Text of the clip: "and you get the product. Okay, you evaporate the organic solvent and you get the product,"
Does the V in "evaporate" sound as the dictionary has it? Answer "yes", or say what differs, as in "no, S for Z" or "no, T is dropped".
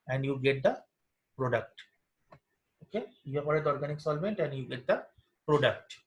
no, P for V